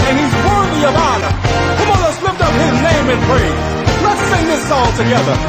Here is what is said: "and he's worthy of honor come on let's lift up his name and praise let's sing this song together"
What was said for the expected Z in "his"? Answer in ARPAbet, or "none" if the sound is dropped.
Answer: Z